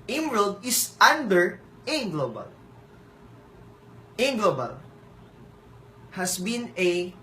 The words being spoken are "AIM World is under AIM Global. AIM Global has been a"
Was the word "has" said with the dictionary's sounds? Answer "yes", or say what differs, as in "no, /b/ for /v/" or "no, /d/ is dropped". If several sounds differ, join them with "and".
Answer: no, /s/ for /z/